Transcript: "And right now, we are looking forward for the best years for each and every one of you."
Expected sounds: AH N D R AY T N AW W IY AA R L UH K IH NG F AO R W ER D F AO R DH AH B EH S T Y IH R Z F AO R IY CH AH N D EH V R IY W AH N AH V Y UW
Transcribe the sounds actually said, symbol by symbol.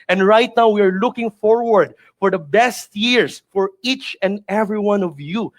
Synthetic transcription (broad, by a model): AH N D R AY T N AW W IY AA R L UH K IH NG F AO R W ER D F AO R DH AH B EH S T Y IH R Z F AO R IY CH AH N D EH V R IY W AH N AH V Y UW